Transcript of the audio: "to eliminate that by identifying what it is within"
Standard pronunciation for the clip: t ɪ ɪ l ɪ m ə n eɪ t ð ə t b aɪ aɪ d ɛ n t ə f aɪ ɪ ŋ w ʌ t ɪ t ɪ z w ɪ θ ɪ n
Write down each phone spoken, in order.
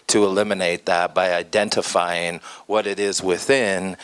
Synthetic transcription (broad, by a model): t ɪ ɪ l ɪ m ə n eɪ t ð ə t b aɪ aɪ d ɛ n t ə f aɪ ɪ ŋ w ʌ t ɪ t ɪ z w ɪ θ ɪ n